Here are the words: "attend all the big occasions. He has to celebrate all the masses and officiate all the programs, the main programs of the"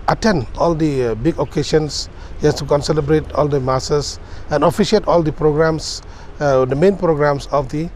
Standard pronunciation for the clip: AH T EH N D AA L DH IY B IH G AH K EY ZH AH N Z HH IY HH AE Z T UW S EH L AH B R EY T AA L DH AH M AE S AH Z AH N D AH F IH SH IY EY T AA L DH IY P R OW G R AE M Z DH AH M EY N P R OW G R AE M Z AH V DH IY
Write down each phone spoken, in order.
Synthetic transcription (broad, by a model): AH T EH N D AA L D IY B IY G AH K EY SH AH N S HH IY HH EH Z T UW S EH L AH B R EY T AA L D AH M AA S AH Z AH N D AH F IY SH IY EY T AA L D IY P R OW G R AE M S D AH M EY N P R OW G R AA M S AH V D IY